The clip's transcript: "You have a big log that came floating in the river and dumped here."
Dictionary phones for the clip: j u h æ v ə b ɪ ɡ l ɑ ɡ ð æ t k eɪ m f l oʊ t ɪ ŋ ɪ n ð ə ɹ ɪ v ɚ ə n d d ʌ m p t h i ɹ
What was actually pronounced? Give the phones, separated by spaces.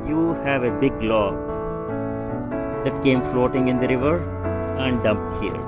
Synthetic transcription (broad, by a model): j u h æ v ə b ɪ ɡ l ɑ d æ t k eɪ m f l oʊ t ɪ ŋ ɪ n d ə ɹ ɪ v ɚ ə n d d ʌ m p t h i ɹ